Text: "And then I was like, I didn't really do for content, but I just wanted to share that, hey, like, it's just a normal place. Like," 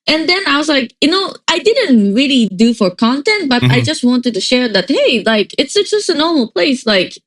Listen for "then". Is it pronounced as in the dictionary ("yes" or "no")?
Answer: yes